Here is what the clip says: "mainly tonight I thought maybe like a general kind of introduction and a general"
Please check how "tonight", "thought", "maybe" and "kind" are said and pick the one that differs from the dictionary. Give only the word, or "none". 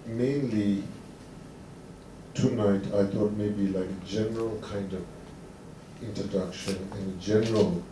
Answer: thought